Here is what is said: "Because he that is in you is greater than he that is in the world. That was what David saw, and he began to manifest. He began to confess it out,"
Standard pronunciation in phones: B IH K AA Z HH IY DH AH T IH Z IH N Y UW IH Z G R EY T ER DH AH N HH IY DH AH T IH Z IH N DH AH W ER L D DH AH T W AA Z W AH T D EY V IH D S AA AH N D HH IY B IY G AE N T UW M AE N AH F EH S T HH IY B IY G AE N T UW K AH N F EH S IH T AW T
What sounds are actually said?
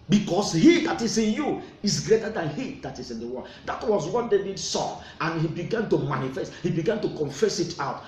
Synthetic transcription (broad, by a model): B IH K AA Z HH IY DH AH T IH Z IH N Y UW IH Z G R EY T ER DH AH N HH IY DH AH T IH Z IH N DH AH W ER N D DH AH T W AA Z W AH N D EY B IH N S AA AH N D HH IY B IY G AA N T UW M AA N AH F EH S T HH IY B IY G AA N T UW K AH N F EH S IH T AW T